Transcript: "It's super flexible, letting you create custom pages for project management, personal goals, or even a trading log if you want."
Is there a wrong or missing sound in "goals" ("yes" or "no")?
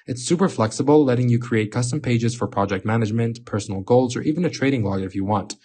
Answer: no